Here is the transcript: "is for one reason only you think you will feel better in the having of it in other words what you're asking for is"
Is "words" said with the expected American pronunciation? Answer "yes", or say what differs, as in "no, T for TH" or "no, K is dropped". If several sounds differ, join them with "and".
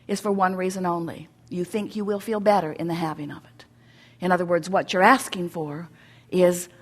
yes